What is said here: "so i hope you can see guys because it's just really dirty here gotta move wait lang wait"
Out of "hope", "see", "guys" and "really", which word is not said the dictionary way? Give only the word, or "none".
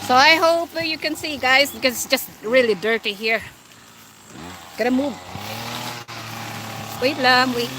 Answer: none